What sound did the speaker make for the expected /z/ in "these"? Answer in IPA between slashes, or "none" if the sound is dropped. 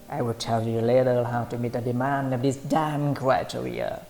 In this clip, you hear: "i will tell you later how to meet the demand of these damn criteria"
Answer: /s/